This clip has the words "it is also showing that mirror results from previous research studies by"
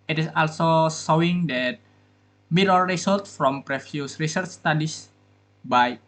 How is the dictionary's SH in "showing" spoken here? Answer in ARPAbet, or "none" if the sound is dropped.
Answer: S